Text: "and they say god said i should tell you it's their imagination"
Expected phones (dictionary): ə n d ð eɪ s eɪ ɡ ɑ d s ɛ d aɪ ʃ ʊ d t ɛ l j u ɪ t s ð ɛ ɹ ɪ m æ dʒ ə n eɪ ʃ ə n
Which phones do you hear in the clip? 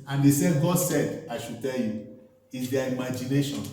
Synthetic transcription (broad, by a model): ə n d eɪ s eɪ ɡ ɑ d s ɛ d aɪ ʃ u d t ɛ l j u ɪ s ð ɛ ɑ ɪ m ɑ dʒ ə n eɪ ʃ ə n